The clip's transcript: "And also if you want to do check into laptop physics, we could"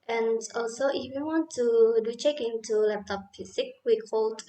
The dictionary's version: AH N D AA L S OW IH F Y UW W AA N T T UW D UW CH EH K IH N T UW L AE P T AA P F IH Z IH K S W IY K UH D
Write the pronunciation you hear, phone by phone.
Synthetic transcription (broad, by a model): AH N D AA L S OW IH F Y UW W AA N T T UW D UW CH EH K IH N T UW L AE P T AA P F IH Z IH K W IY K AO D